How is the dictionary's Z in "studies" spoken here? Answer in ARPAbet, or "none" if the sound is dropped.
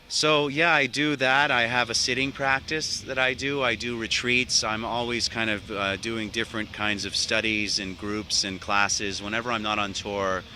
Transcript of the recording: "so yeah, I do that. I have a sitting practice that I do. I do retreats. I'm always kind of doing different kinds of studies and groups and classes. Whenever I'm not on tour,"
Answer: Z